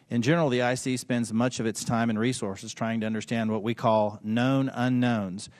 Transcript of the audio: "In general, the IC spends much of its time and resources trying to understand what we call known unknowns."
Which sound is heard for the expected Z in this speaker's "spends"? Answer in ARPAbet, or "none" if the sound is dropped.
Z